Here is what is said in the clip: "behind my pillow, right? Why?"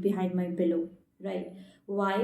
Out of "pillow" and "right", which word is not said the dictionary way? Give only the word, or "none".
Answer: pillow